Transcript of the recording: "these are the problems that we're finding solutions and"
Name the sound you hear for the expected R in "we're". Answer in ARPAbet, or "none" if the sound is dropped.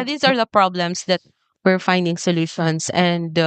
R